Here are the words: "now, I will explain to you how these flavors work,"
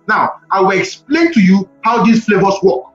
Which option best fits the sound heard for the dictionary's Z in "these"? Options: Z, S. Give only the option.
S